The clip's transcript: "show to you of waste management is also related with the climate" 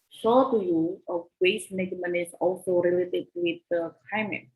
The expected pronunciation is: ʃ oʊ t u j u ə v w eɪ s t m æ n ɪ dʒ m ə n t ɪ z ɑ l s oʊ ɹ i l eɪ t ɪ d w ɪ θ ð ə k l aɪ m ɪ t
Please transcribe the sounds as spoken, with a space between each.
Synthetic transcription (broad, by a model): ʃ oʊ t u j u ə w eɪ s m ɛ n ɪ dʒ m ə n ɪ s ɑ l s oʊ ɹ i l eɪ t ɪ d w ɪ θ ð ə k l aɪ m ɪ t